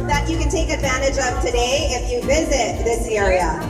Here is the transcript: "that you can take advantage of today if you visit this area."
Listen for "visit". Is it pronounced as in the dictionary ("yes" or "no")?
yes